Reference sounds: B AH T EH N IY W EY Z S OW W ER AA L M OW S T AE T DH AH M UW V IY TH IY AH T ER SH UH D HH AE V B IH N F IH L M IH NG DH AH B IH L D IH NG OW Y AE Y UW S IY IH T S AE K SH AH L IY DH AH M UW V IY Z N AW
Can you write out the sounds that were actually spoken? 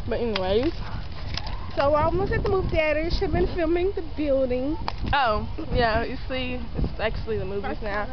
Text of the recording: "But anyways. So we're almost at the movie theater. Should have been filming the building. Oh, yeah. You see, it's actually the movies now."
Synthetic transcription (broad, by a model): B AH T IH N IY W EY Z S OW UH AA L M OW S AE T DH AH M UW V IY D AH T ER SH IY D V B IH N F IH L M IH NG DH AH B IH L D IH NG OW Y AE Y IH S IY IH T S AE K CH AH L IY DH AH M UW V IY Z N AW